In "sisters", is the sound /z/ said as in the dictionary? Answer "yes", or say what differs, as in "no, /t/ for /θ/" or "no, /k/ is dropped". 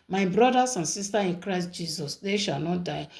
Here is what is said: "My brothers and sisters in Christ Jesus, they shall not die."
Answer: no, /z/ is dropped